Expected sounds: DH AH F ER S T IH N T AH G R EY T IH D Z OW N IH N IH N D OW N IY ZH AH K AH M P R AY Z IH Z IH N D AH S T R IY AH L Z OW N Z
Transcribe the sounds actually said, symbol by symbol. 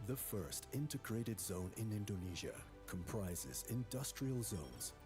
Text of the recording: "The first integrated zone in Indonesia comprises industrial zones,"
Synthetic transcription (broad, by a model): DH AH F ER S T IH N T AH G R EY T IH D Z OW N IH N IH N D OW N IY ZH AH K AH M P R AY Z IH Z IH N D AH S T R IY AH L Z OW N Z